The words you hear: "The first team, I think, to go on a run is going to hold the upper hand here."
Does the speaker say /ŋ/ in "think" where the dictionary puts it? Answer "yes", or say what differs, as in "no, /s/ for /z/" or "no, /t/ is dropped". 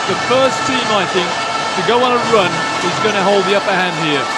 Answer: yes